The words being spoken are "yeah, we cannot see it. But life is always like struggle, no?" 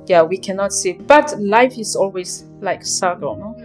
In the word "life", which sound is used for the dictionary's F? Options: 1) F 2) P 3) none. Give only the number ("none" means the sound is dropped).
1